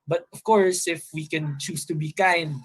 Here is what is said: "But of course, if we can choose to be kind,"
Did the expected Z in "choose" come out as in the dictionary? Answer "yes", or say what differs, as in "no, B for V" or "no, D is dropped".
no, S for Z